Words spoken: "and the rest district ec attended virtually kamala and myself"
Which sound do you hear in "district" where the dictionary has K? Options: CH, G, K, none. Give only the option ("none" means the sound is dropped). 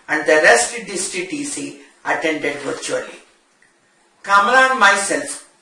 none